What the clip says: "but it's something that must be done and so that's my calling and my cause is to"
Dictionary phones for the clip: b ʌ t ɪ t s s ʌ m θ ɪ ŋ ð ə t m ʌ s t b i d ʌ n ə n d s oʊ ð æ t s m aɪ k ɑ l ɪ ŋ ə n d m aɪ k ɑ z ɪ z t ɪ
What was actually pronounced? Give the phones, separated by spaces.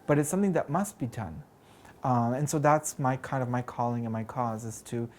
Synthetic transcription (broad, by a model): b ʌ t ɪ t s s ʌ m θ ɪ ŋ ð ə t m ʌ s t b i d ʌ n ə n s oʊ ð æ t s m aɪ k ɑ l ɪ ŋ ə n m aɪ k ɑ z ɪ z t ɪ